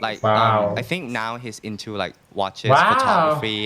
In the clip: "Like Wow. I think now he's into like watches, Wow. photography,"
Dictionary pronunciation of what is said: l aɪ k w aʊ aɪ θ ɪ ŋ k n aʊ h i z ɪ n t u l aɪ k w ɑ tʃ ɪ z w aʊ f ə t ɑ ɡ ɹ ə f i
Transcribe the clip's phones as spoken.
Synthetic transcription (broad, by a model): l aɪ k w aʊ aɪ θ ɪ ŋ k n aʊ h i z ɪ n t u l aɪ k w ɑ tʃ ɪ w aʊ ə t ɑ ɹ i